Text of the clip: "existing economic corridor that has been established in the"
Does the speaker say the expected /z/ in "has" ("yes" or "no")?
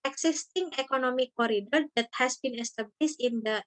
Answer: no